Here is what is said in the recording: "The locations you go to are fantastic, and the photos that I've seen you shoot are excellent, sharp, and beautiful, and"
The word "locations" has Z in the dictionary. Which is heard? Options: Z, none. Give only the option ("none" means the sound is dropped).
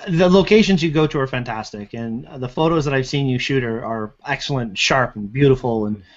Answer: Z